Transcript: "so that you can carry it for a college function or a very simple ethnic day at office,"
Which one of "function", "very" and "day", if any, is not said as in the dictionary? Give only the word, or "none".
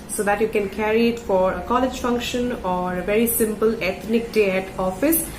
none